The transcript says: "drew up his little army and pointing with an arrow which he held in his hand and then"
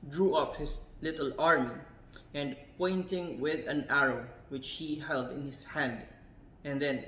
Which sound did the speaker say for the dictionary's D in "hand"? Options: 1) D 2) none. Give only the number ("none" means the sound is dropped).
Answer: 1